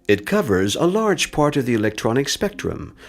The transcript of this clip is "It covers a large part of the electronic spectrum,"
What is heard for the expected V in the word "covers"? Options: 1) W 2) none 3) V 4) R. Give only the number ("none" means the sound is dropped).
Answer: 3